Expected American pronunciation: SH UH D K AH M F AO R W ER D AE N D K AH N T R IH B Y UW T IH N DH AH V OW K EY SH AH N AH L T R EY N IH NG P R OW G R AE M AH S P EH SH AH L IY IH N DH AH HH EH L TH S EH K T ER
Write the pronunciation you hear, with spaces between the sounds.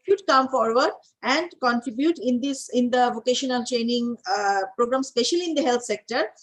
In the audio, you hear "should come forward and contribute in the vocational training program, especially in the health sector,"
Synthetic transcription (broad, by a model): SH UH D K AH M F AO R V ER D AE N D K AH N T R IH B Y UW T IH N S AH V OW K EY SH AH N AH L T R EY N IH NG P R OW G R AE M S P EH SH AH L IY IH N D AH HH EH L T S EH K T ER